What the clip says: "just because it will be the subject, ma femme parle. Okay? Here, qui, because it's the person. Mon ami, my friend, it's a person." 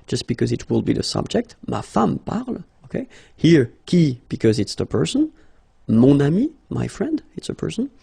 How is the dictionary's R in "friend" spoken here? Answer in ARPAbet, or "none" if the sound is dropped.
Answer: R